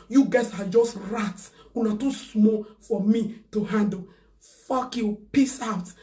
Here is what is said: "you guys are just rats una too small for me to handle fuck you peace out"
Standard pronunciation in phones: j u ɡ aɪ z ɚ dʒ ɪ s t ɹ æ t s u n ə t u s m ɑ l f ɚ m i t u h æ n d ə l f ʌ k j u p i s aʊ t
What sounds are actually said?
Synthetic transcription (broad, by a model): j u ɡ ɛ s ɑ dʒ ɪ s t ɹ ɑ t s u n ə t u s m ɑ f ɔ m i t u h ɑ n d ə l f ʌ k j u p i s aʊ t